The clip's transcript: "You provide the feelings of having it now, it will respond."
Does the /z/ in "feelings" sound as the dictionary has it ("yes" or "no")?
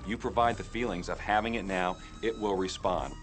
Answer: yes